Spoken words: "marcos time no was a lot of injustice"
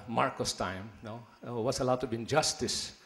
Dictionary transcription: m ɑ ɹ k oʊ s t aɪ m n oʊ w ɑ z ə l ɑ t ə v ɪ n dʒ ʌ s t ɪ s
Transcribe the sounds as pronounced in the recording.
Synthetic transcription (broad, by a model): m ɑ ɹ k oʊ s t aɪ m n oʊ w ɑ s ə l ɑ t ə b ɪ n dʒ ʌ s t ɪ s